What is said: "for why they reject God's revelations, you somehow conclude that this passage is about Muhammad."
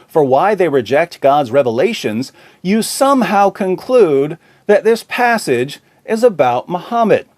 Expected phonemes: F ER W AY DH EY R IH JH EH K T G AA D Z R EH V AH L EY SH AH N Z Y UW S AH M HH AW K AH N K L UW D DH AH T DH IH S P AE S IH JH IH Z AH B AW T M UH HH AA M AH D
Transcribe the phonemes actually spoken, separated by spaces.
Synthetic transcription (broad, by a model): F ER W AY DH EY R IH JH EH K T G AA D Z R EH V AH L EY SH AH N Z Y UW S AH M HH AW K AH N K L UW D DH AH T DH IH S P AE S IH JH IH Z AH B AW T M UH HH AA M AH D